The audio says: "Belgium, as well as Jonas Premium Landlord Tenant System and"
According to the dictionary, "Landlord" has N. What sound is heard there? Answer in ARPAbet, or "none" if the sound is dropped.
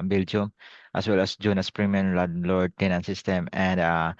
none